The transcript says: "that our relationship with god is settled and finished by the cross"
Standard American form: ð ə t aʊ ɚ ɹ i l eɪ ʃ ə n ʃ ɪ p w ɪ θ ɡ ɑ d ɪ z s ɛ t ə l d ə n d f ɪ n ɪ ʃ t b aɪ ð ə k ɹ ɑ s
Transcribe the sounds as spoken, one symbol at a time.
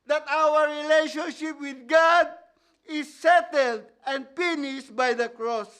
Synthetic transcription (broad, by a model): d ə t aʊ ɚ ɹ i l eɪ ʃ ə n ʃ ɪ p w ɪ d ɡ ɑ d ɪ s ɛ t ə l d ə n d p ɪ n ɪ s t b aɪ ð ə k ɹ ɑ s